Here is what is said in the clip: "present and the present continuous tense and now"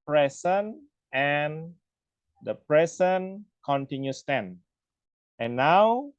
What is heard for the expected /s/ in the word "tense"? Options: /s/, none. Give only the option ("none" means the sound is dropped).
none